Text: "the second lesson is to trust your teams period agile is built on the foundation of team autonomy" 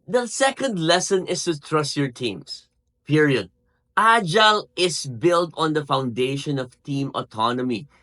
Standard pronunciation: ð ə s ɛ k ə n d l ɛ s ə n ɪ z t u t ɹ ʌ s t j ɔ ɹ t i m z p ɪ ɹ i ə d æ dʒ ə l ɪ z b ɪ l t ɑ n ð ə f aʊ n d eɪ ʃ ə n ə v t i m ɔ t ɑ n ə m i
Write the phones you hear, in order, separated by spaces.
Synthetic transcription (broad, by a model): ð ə s ɛ k ə n d l ɛ s ə n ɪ s t u t ɹ ʌ s t j ɔ ɹ t i m s p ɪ ɹ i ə d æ dʒ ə l ɪ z b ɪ l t ɑ n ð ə f aʊ n d eɪ ʃ ə n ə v t i m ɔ t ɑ n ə m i